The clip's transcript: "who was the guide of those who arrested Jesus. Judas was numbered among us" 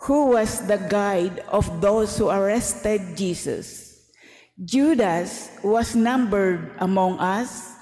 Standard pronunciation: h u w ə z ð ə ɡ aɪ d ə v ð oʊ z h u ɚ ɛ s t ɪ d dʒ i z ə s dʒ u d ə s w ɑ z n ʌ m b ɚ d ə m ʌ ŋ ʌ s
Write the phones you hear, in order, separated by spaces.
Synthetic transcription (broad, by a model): h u w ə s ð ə ɡ aɪ d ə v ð oʊ s h u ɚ ɛ s t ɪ d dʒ i s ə s dʒ u d ə s w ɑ s n ʌ m b ɚ d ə m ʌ ŋ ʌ s